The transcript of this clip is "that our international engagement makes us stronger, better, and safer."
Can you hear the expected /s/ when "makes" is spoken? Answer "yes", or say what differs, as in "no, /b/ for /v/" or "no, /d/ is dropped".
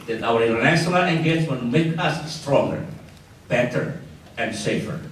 no, /s/ is dropped